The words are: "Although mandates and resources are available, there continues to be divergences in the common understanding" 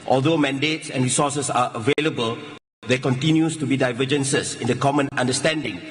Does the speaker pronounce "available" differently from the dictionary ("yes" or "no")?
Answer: no